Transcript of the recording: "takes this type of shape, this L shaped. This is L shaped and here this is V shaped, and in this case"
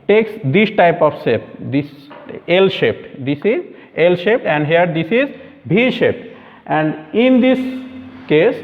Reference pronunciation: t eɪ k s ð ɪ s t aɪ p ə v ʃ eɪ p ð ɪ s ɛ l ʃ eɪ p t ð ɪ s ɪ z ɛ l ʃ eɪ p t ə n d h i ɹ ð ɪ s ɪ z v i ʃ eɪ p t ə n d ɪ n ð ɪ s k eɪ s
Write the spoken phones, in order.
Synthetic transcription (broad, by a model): t eɪ k s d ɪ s t aɪ p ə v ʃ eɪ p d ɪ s ɛ l ʃ eɪ p t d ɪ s ɪ z ɛ l ʃ eɪ p t ə n d h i ɹ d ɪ s ɪ z b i ʃ eɪ p t ə n d ɪ n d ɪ s k eɪ s